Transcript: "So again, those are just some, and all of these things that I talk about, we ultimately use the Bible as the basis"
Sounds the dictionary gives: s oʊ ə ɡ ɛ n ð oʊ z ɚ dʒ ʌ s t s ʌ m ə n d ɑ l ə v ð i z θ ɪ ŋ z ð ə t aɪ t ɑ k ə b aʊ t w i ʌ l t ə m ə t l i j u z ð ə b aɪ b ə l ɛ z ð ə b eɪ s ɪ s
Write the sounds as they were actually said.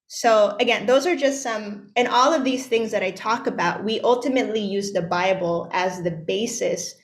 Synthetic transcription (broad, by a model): s oʊ ə ɡ ɛ n ð oʊ z ɚ dʒ ʌ s t s ʌ m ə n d ɑ l ə v ð i z θ ɪ ŋ z ð ə t aɪ t ɑ k ə b aʊ t w i ʌ l t ə m ə t l i j u z ð ə b aɪ b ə l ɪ z ð ə b eɪ s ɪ s